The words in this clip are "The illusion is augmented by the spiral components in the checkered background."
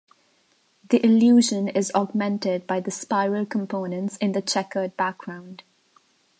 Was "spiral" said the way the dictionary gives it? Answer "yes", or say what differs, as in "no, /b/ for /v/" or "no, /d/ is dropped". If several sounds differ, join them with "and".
yes